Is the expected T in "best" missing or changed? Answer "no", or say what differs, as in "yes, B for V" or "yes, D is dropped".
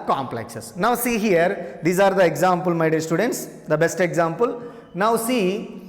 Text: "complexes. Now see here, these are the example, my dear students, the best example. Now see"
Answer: no